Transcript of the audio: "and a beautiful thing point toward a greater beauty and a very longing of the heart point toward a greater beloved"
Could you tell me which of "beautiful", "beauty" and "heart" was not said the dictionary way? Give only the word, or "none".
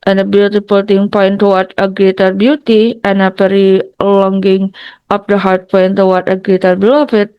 beautiful